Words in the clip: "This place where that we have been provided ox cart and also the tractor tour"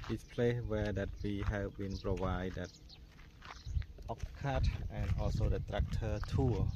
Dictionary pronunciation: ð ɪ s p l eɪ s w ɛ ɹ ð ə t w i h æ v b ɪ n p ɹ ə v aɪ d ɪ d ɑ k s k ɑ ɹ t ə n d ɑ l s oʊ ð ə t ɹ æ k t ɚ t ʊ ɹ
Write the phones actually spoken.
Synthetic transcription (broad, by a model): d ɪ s p l eɪ s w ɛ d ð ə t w i h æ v b ɪ n p ɹ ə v aɪ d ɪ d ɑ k k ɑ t t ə n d ɑ l s oʊ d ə t ɹ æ k t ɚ t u